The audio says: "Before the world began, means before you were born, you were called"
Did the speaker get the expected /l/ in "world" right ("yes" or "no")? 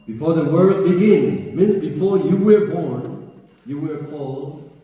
no